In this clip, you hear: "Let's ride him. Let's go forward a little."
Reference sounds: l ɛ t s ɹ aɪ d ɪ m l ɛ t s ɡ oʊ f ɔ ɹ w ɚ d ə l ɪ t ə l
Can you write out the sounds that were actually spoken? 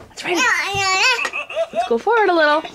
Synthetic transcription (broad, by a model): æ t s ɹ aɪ ɪ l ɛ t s ɡ oʊ f ɔ ɹ w ɚ d ə l ɪ t l